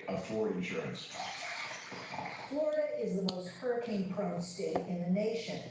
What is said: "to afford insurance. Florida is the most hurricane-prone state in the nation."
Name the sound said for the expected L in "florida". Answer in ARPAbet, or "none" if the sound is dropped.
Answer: L